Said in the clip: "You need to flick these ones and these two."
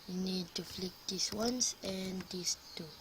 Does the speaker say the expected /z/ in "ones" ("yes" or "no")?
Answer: no